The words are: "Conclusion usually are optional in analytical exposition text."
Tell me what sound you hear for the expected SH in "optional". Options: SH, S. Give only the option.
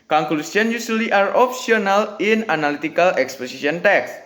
S